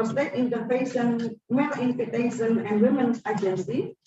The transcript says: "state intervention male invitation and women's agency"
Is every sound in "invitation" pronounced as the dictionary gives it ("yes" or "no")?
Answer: no